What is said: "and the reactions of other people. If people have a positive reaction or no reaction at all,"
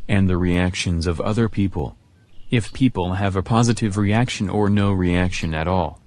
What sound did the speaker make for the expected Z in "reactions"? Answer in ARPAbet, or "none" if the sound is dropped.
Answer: Z